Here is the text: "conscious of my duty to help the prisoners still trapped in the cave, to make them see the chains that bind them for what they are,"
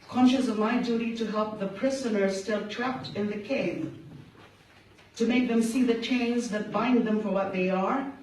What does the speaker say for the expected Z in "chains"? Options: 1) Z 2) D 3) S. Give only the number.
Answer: 1